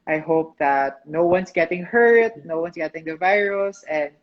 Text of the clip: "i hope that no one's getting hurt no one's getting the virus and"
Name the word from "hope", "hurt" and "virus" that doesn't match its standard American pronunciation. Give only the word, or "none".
none